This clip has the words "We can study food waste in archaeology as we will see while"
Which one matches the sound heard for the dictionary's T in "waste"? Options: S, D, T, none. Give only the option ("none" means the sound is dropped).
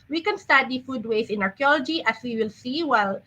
none